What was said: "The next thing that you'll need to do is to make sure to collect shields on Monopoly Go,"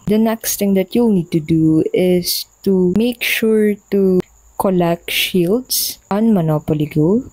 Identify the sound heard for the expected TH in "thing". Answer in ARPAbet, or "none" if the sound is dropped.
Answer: T